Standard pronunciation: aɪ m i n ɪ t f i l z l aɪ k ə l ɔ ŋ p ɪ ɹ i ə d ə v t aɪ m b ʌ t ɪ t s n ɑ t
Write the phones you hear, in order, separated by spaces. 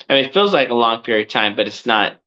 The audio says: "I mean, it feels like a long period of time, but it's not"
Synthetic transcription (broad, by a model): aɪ m i n ɪ t f i l z l aɪ k ə l ɔ ŋ p ɪ ɹ i ə d t aɪ m b ʌ t ɪ t s n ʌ t